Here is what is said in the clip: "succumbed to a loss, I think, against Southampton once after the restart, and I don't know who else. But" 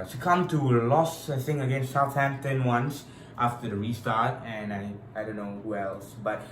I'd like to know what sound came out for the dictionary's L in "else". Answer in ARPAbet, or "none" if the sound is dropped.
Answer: L